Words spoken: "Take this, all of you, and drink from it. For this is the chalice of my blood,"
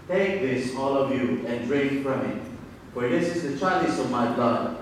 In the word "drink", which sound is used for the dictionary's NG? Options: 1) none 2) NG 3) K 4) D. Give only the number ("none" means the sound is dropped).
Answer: 1